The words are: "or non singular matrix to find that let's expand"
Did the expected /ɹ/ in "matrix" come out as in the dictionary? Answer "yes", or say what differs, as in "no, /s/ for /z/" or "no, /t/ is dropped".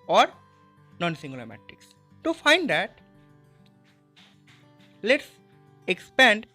no, /ɹ/ is dropped